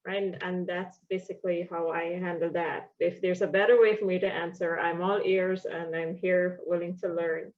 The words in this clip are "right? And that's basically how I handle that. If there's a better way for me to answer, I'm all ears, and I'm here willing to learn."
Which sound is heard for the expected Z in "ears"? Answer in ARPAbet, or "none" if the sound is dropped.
Z